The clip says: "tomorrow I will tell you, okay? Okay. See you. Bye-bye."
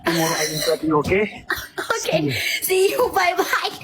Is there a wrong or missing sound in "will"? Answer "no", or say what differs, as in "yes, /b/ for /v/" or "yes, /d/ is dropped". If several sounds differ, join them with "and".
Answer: yes, /n/ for /l/